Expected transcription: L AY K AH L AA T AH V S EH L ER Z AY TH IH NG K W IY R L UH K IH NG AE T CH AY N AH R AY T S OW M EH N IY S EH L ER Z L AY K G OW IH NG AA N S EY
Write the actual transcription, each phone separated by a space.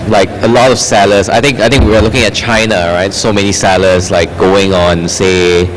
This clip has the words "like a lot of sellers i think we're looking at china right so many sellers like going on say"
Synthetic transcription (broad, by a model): L AY K AH L AA T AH F S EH L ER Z AY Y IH NG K W IY W L UH K IH NG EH T CH AY N AH R AY T S OW M EH N IY S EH L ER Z L AY K G OW IH NG AA N S EY